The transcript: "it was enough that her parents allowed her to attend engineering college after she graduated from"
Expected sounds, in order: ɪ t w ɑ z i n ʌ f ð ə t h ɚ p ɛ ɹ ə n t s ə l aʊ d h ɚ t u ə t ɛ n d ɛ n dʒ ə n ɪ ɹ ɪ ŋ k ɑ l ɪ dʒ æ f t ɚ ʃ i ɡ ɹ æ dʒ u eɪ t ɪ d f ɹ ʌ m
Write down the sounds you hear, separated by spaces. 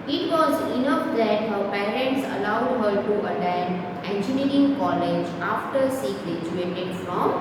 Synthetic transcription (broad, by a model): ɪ t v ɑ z i n ʌ f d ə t h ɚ p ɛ ɹ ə n t s ə l aʊ d h ɚ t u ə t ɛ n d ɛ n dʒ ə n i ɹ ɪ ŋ k ɑ l ɪ dʒ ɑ f t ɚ s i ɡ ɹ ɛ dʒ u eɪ t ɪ d f ɹ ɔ m